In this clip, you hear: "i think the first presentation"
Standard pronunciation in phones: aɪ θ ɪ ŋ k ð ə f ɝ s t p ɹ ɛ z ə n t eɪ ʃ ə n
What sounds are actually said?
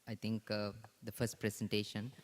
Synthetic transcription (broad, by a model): aɪ t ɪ ŋ k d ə f ɝ s t p ɹ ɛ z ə n t eɪ ʃ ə n